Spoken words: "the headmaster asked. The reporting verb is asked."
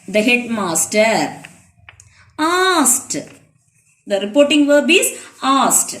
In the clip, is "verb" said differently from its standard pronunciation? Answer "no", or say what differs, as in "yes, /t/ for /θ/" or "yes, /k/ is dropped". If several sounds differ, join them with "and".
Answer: no